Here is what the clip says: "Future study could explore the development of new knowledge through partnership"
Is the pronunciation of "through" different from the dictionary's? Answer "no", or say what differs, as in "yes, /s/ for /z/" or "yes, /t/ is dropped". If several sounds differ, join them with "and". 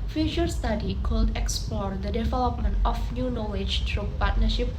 yes, /t/ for /θ/